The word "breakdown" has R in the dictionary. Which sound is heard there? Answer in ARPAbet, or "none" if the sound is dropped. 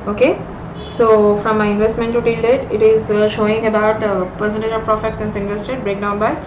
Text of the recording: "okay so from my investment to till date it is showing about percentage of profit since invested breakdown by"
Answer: R